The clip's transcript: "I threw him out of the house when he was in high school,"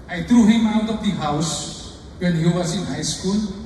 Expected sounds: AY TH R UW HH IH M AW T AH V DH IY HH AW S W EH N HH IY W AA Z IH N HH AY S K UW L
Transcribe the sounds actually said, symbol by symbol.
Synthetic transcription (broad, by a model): AY T R UW HH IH M AW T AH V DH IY HH AW S W EH N HH IY W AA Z IH N HH AY S K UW L